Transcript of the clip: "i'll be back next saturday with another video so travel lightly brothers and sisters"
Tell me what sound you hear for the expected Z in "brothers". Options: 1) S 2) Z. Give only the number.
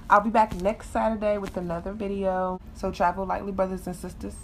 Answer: 2